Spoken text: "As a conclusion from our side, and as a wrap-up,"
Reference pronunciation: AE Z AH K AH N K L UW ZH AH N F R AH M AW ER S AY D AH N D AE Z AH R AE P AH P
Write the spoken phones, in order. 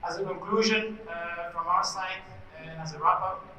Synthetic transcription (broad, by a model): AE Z AH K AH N K L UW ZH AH N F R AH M AW ER S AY AH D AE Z AH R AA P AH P